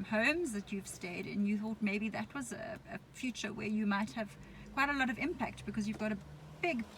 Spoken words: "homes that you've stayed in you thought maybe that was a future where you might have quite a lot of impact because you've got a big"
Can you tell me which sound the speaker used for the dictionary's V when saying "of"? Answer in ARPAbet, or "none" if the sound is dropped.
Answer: V